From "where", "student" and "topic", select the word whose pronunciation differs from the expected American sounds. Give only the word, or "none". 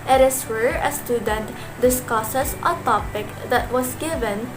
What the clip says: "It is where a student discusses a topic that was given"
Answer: none